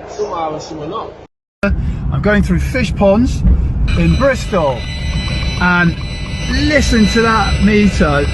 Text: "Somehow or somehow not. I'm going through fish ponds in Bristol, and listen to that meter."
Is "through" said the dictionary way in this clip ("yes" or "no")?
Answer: yes